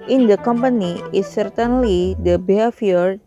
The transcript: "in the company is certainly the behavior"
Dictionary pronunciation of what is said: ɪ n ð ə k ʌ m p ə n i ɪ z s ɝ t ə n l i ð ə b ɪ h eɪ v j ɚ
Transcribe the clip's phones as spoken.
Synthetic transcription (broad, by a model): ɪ n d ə k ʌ m p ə n i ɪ s ɝ t ə n l i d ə b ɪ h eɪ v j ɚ